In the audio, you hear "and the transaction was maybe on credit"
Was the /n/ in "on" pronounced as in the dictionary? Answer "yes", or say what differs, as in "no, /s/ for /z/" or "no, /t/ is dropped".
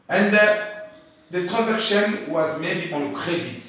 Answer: no, /l/ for /n/